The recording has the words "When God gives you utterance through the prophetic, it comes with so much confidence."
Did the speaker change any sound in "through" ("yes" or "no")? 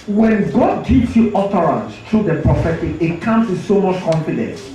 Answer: yes